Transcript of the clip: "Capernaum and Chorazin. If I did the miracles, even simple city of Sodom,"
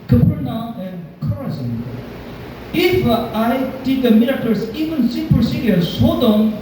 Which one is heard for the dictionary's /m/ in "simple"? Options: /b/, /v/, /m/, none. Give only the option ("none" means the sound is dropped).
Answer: none